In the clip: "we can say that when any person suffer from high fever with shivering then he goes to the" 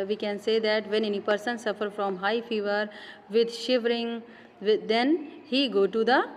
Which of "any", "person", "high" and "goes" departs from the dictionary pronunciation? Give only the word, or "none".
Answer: goes